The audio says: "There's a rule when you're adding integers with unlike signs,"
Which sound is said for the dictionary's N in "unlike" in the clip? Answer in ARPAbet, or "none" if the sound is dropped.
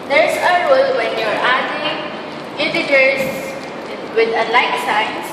none